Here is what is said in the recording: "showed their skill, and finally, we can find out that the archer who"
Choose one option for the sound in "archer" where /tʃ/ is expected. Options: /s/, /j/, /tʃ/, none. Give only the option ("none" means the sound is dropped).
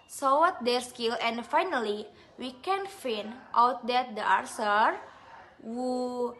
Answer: /s/